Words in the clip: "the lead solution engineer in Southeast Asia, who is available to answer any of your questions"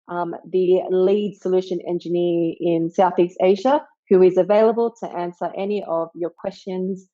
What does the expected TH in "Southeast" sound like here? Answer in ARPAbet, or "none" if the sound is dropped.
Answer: TH